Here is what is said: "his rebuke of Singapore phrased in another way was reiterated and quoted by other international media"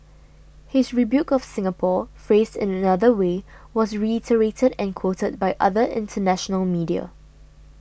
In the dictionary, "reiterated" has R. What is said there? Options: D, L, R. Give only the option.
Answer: R